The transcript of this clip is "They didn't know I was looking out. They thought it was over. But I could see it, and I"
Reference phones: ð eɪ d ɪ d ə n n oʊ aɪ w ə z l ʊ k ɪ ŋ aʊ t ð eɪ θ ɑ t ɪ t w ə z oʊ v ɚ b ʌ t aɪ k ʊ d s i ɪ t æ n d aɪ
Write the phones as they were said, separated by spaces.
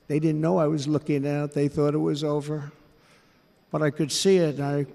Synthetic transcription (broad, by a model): ð eɪ d ɪ d n n oʊ aɪ w ə z l ʊ k ɪ ŋ aʊ t ð eɪ θ ɑ t ɪ t w ə z oʊ v ɚ b ʌ t aɪ k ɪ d s i ɪ t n aɪ